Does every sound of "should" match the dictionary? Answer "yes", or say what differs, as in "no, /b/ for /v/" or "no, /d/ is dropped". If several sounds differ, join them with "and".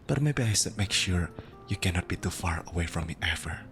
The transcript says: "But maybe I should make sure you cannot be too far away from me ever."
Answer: no, /s/ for /ʃ/